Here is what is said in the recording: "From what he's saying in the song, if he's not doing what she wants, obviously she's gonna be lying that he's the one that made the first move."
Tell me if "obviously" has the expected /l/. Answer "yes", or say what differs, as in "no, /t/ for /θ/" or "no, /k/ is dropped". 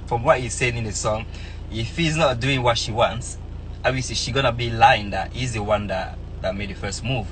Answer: no, /l/ is dropped